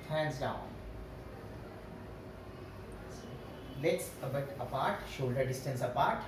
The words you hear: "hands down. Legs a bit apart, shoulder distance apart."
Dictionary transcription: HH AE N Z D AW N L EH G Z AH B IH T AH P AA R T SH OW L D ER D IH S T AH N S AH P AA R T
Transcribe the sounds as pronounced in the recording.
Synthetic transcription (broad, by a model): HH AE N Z D AW N L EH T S AH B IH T AH P AA R T SH OW L D ER D IH S T AH N S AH P AA R T